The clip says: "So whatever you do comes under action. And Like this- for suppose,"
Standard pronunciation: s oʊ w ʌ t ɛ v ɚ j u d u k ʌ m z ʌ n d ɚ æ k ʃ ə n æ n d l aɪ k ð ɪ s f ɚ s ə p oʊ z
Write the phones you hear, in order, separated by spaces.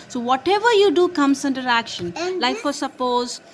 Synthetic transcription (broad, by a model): s oʊ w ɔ t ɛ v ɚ j u d u k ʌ m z ʌ n d ɚ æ k ʃ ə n n l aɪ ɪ f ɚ s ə p oʊ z